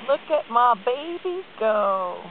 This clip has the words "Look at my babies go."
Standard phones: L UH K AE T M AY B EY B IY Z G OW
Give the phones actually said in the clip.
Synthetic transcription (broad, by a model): L UH K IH T M AY B EY B IY G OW